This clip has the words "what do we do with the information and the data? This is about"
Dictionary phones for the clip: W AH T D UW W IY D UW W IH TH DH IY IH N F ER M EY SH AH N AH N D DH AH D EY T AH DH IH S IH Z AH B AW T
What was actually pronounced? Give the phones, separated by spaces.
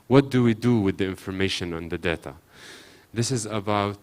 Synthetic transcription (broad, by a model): W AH T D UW W IY D UW W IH DH IY IH N F ER M EY SH AH N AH N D DH AH D EY T AH DH IH S IH Z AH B AW T